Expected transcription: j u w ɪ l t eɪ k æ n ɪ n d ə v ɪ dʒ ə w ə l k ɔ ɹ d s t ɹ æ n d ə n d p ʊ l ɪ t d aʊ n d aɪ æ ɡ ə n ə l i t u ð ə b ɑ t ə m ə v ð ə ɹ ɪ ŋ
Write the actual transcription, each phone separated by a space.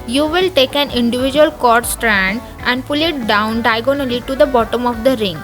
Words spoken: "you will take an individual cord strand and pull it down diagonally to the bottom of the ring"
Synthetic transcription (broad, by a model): j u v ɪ l t eɪ k æ n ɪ n d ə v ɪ dʒ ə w ə l k ɔ ɹ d s t ɹ æ n d ə n d p ʊ l ɪ t d aʊ n d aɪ ɡ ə n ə l i t u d ə b ɑ t ə m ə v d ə ɹ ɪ ŋ